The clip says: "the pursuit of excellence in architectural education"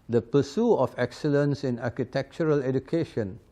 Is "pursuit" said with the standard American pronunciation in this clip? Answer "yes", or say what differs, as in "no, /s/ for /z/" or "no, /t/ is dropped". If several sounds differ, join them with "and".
no, /t/ is dropped